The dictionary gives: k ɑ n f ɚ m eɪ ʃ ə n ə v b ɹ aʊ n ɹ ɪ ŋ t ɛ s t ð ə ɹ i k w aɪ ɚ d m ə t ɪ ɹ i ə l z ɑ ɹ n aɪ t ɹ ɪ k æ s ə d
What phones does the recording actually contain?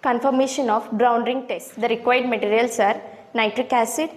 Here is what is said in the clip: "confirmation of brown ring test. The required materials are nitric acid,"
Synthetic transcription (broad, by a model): k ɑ n f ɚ m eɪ ʃ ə n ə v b ɹ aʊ n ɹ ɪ ŋ t ɛ s t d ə ɹ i k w aɪ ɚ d m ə t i ɹ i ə l s ɑ ɹ n aɪ t ɹ ɪ k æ s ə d